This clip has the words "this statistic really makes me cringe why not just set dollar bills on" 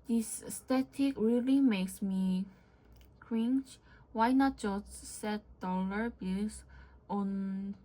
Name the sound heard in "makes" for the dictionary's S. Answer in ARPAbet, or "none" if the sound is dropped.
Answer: S